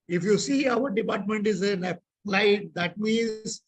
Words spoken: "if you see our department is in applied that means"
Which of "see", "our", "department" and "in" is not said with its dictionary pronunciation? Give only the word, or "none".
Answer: in